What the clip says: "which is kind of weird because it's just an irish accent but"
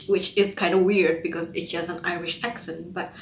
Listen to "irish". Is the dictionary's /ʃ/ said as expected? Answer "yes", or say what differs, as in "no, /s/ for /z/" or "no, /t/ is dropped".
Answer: yes